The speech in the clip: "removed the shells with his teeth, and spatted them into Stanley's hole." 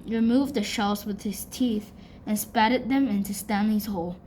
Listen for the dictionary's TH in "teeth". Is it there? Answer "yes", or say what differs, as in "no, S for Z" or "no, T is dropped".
yes